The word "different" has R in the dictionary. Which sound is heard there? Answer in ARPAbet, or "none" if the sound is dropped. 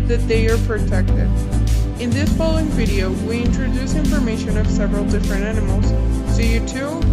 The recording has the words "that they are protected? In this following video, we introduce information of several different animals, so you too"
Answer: R